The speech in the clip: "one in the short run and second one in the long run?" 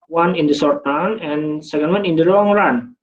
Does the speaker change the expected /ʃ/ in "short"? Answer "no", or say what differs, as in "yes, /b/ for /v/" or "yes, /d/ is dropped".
yes, /s/ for /ʃ/